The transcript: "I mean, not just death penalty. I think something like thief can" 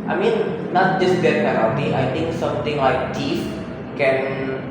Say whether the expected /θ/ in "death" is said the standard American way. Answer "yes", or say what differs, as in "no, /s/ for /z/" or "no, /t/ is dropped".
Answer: no, /t/ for /θ/